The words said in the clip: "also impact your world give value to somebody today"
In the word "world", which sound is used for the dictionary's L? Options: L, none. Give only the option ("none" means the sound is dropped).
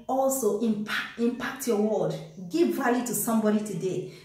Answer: none